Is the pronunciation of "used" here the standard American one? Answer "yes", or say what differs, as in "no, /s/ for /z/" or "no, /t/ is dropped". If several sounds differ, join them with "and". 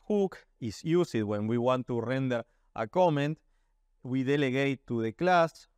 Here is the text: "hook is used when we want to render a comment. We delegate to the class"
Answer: no, /s/ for /z/